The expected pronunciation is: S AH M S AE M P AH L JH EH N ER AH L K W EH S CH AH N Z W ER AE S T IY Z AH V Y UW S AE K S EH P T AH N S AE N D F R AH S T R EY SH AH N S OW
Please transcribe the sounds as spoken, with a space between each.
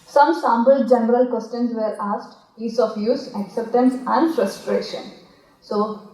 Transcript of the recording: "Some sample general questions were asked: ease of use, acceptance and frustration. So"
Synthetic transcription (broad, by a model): S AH M S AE M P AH L JH EH N ER AH L K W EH S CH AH N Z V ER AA S T IY S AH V Y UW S AE K S EH P T AH N S AE N D F R AH S T R EY SH AH N S OW